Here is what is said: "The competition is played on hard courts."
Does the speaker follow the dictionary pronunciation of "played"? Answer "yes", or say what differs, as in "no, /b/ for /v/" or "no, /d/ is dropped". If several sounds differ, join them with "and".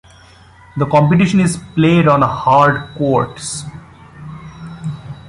yes